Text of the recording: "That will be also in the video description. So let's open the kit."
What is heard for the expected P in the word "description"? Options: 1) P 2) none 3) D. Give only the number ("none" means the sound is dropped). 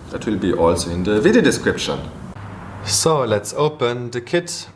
1